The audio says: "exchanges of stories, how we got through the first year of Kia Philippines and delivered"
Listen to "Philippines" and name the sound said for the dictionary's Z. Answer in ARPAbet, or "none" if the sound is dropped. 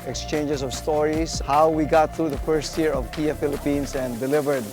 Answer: S